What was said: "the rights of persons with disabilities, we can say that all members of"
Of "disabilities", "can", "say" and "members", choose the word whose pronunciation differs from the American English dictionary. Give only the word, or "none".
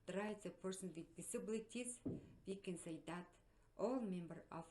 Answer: members